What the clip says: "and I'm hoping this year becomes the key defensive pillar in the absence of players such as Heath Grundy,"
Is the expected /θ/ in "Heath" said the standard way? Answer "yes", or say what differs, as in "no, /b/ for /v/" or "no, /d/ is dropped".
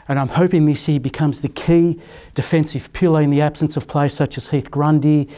yes